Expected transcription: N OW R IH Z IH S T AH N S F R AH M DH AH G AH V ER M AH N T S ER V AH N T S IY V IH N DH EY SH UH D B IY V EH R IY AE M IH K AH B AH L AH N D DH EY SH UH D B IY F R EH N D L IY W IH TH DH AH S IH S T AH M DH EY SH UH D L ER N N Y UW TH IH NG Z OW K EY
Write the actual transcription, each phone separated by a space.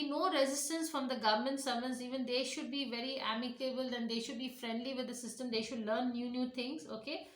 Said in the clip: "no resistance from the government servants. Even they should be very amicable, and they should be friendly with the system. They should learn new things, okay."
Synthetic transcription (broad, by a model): N OW R IH Z IH S T AH N S F R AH M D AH G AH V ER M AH N T S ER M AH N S IY V IH N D EY SH UH D B IY V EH R IY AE M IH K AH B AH L AH N D EY SH UH D B IY F R EH N D L IY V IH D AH S IH S T AH M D EY SH UH D L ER N N Y UW T IH NG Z OW K EY